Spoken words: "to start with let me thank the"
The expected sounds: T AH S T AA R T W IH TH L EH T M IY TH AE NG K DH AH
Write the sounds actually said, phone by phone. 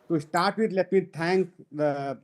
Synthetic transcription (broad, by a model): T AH S T AA R T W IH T L EH T M IY T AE NG K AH